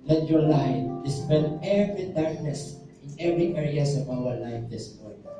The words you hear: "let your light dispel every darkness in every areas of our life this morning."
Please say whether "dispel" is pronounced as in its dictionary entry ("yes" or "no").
no